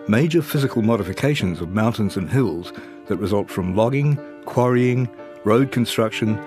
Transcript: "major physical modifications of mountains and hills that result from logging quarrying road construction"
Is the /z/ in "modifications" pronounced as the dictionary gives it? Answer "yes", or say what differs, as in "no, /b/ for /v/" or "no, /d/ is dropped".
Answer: yes